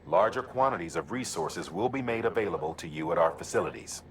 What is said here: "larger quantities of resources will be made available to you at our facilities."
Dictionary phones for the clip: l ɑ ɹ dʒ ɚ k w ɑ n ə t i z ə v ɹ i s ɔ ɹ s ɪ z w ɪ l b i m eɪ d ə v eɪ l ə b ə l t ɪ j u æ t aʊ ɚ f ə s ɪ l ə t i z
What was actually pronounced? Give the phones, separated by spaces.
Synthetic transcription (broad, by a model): l ɑ ɹ dʒ ɚ k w ɑ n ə t i z ə v ɹ i s ɔ ɹ s ɪ z w ɪ l b i m eɪ d ə v eɪ l ə b ə l t ɪ j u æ t aʊ ɚ f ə s ɪ l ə t i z